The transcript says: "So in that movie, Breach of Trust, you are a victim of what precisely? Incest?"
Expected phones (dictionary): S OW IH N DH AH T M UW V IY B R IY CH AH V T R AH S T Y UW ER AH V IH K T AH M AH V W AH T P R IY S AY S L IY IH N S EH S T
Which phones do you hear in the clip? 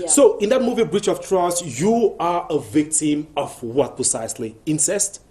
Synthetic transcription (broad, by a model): S OW IH N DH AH T M UW V IY B R IY CH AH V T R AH S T Y UW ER AH V IH K T AH M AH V W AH T P R IY S AY S L IY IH N S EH S T